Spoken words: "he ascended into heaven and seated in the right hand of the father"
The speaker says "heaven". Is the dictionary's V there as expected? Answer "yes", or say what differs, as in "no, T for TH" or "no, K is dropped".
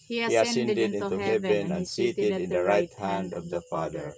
no, B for V